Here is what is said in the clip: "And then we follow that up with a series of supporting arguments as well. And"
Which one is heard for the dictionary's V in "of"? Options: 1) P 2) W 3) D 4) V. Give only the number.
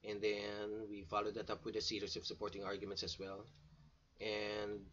1